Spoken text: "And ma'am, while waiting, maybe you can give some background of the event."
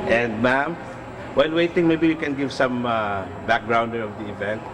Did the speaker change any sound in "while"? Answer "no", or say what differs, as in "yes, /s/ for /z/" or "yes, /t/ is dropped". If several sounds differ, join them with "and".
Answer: yes, /n/ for /l/